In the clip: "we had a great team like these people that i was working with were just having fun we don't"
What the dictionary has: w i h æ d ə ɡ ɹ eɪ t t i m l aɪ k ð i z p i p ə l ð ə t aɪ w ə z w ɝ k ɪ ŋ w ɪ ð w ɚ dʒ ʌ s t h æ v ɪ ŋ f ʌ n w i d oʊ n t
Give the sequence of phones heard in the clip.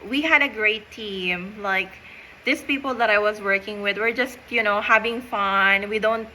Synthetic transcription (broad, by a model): w i h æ d ə ɡ ɹ eɪ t t i m l aɪ k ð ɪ s p i p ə l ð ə t aɪ w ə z w ɝ k ɪ ŋ w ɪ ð w ɚ dʒ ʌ s t h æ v ɪ ŋ f ʌ n w i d oʊ n t